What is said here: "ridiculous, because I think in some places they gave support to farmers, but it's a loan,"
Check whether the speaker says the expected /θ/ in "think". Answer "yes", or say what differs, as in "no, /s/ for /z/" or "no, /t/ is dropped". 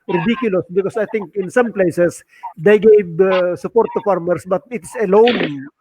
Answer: no, /t/ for /θ/